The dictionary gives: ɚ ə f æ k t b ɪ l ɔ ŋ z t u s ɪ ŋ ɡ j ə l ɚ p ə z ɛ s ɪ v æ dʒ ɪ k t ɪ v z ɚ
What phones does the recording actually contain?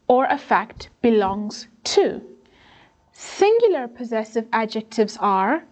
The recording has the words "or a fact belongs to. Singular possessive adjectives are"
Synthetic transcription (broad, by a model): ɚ ə f æ k t b ɪ l ɔ ŋ z t u s ɪ ŋ ɡ j l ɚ p ə z ɛ s ɪ v æ dʒ ɪ k t ɪ v z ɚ